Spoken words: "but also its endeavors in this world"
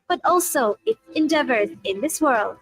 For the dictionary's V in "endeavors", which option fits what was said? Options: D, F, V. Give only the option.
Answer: V